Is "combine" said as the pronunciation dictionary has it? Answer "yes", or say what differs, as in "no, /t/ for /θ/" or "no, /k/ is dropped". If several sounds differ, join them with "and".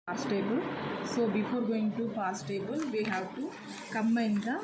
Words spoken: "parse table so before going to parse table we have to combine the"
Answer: no, /b/ is dropped